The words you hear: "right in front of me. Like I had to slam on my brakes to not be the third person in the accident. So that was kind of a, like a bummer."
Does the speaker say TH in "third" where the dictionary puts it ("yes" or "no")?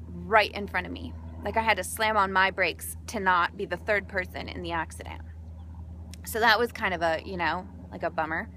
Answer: yes